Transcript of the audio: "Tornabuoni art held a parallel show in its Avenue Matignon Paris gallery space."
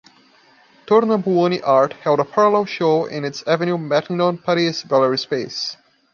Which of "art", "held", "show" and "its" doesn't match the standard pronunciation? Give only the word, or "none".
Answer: none